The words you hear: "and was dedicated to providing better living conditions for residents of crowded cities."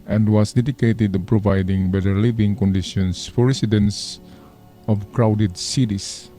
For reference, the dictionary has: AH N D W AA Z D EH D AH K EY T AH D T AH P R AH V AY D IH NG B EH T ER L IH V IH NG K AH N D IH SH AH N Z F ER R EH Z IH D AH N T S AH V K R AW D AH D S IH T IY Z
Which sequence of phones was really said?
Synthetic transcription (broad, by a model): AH N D W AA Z D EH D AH K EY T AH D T P R AH V AY D IH NG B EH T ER L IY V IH NG K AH N D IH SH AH N S F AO R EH S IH D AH N S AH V K R AW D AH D S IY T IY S